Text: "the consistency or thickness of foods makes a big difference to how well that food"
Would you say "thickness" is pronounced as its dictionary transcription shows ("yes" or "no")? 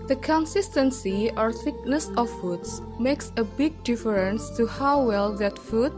yes